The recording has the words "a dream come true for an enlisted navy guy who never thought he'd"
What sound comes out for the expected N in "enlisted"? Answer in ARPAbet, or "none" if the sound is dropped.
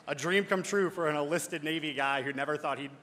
none